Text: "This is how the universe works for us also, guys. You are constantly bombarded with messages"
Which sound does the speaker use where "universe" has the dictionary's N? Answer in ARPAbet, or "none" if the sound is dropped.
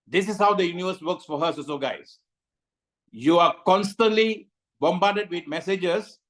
N